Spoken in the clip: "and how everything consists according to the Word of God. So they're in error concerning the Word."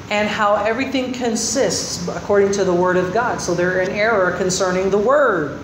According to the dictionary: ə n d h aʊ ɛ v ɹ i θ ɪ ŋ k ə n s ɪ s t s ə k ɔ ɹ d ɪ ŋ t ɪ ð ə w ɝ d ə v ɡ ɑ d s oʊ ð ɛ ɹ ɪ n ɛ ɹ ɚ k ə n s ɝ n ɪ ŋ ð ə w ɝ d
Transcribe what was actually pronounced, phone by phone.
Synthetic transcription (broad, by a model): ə n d h aʊ ɛ v ɹ i θ ɪ ŋ k ə n s ɪ s t s ə k ɔ ɹ d ɪ ŋ t ɪ ð ə w ɝ d ə v ɡ ɑ d s oʊ ð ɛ ɹ ɪ n ɛ ɹ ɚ k ə n s ɝ n ɪ ŋ ð ə w ɝ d